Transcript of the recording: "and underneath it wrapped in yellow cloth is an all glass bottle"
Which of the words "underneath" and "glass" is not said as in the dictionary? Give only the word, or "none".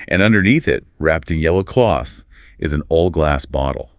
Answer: none